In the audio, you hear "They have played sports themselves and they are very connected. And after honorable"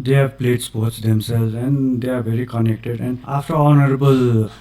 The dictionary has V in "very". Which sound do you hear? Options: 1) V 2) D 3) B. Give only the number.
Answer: 3